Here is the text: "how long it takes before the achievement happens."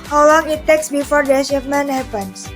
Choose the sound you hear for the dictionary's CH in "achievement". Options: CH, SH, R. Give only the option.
SH